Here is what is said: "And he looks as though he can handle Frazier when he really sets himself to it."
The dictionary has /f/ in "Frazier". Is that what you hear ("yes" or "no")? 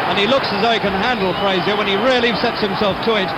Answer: no